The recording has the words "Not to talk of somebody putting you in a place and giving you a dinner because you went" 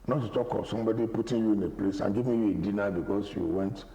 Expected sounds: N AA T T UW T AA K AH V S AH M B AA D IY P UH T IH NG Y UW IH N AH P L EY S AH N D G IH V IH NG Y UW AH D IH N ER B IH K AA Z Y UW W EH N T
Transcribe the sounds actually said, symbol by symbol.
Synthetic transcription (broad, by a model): N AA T T UW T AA K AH S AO M B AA D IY P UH T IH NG Y UW IH N AH P L EY S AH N G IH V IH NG Y UW AH D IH N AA B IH K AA S Y UW W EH N T